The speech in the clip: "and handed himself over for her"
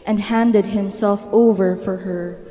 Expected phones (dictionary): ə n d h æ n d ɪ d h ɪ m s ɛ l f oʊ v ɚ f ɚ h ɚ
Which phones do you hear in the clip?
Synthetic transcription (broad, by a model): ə n d h æ n d ɪ d h ɪ m s ɛ l f oʊ v ɚ f ɚ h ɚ